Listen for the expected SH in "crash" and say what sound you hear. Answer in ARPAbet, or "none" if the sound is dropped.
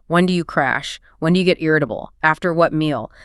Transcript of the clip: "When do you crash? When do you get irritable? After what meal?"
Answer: SH